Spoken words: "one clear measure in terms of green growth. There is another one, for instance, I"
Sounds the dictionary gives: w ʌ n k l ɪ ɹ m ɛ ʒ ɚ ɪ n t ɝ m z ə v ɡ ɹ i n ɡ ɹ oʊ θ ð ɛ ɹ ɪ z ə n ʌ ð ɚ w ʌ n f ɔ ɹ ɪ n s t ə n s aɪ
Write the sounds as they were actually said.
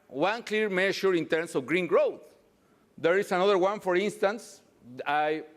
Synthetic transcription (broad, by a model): w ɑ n k l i ɹ m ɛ ʃ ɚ ɪ n t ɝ m s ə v ɡ ɹ i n ɡ ɹ oʊ θ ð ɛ ɹ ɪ s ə n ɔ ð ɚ w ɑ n f ɔ ɹ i n s t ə n s aɪ